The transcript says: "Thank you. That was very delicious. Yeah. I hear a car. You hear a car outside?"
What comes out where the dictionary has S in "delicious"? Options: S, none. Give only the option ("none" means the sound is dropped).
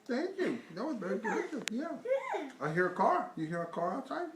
none